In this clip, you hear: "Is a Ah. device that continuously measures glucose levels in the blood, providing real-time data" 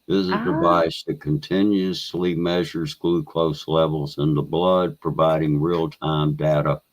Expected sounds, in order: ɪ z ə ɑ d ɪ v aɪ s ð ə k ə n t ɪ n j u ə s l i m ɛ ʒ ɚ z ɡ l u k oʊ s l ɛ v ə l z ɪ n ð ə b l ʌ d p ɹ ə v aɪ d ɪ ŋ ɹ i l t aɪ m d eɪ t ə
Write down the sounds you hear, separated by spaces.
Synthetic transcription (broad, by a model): ɪ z ə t d ɪ v aɪ s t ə k ə n t ɪ n j u ə s l i m ɛ ʒ ɚ z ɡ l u k oʊ s l ɛ v l z ɪ n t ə b l ʌ d p ɹ ə v aɪ d ɪ ŋ ɹ i l t aɪ m d eɪ t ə